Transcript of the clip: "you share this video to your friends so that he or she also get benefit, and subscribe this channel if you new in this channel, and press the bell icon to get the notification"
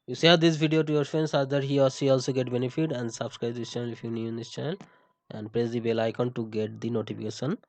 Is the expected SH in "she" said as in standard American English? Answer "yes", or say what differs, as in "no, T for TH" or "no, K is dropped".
no, S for SH